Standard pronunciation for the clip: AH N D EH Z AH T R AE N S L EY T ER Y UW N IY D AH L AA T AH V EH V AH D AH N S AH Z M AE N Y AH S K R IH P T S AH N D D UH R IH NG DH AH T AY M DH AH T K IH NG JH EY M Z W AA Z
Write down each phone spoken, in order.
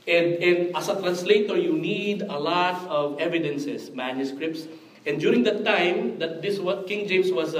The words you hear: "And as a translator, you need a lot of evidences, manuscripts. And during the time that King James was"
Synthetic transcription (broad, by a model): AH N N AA S AH T R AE N S L EY T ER Y UW N IY D AH L AA T AH V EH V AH D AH N S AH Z M AE N Y AH S K R IH P T S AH N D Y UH R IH NG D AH T AY M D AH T K IH NG JH EY M S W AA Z